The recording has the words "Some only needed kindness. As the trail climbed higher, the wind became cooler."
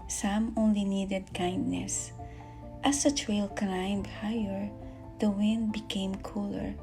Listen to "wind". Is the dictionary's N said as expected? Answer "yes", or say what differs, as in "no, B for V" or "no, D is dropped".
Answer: yes